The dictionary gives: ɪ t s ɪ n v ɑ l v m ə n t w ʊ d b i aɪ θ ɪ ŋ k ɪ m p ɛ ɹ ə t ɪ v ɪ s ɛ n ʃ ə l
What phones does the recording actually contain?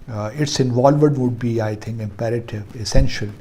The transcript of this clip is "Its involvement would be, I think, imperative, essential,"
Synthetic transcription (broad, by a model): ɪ t s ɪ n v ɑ l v ə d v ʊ d b i aɪ t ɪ ŋ k ɪ m p ɛ ɹ ə t ɪ v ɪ s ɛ n ʃ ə l